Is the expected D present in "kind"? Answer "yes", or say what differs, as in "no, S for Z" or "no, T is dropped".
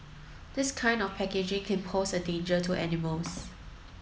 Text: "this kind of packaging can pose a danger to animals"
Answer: yes